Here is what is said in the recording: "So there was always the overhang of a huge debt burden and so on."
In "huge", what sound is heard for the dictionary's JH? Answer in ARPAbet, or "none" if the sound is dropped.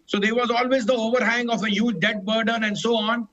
JH